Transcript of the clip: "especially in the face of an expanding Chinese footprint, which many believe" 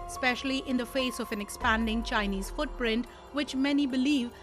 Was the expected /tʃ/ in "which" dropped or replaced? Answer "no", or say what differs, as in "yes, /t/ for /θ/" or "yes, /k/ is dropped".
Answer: no